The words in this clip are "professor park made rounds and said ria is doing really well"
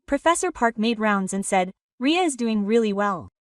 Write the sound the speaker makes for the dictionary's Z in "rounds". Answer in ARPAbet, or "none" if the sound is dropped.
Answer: Z